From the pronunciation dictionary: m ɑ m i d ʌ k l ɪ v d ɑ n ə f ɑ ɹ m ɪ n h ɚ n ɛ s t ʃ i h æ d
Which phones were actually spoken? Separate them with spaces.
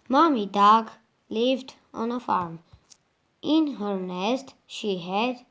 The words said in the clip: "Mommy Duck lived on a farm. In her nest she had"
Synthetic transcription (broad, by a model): m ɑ m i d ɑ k l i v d ɑ n ə f ɑ ɹ m ɪ n h ɚ n ɛ s t ʃ i h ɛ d